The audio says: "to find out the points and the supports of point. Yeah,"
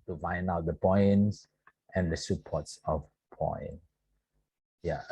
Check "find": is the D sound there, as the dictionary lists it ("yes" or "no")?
no